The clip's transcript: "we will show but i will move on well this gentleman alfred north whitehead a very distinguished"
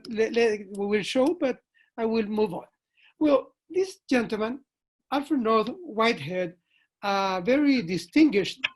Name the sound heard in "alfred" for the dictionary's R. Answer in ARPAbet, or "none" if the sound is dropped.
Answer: none